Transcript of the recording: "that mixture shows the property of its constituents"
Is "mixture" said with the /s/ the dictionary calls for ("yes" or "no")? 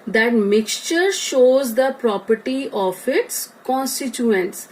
yes